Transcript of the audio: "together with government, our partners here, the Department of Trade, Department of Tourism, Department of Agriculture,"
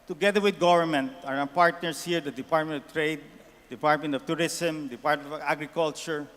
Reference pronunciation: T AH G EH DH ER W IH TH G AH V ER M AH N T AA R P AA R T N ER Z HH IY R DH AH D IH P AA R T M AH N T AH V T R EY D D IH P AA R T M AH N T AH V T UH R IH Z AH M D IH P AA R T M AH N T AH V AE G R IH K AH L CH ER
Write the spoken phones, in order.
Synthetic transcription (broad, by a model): T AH G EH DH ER W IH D G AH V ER M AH N T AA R P AA R T N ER S HH IY R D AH D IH P AA R T M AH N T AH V T R EY D D IH P AA R T M AH N T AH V T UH R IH S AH M D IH P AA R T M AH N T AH G R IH K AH L CH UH